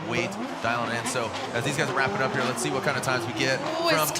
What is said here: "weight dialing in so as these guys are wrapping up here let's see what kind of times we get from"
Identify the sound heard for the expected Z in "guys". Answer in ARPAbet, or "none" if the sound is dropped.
Z